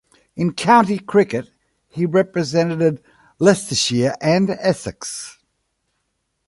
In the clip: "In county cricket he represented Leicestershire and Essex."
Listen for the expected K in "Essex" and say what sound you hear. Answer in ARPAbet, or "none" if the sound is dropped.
K